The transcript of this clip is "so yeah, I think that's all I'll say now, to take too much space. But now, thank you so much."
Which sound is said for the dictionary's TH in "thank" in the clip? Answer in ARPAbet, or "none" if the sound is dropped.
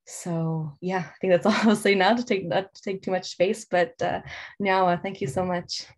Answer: TH